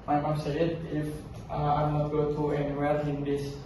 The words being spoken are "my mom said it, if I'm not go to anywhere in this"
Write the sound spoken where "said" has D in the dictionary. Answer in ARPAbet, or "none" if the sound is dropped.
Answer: none